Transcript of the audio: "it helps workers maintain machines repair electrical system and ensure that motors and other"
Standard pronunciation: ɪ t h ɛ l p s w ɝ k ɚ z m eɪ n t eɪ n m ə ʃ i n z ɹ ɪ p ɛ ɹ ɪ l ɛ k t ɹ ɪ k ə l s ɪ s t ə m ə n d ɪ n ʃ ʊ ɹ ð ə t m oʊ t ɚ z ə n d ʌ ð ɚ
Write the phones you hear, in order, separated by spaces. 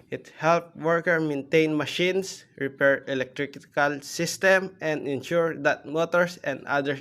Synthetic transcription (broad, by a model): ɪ t h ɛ l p w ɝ k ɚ m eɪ n t eɪ n m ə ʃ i n s ɹ ɪ p ɛ ɹ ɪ l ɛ k t ɹ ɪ k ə l s ɪ s t ə m ə n d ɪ n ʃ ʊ ɹ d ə t m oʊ t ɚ s ə n d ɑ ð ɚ